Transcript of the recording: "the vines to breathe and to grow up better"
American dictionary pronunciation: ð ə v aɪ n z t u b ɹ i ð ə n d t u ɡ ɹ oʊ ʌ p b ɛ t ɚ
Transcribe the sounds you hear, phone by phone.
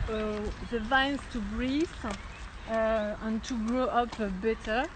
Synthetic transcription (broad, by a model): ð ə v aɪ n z t u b ɹ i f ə n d t u ɡ ɹ oʊ ʌ p b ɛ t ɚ